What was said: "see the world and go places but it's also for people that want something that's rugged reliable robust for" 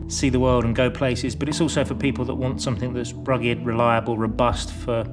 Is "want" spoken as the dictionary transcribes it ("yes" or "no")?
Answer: yes